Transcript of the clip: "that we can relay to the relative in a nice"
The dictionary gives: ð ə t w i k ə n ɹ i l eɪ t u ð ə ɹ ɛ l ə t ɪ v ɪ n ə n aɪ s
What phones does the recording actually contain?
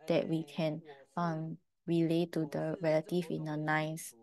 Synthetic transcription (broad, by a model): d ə t w i k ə n ɹ i l eɪ t u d ə ɹ ɛ l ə t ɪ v ɪ n ə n aɪ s